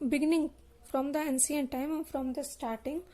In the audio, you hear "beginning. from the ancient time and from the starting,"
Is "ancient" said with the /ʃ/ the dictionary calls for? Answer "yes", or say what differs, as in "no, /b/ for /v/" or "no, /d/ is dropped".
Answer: no, /s/ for /ʃ/